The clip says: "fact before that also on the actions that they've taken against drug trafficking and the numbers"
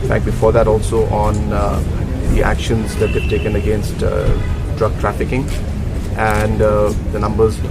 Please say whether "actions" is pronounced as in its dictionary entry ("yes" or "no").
yes